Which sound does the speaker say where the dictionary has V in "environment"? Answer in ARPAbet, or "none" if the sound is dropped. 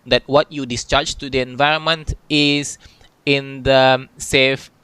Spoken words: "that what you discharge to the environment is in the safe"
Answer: V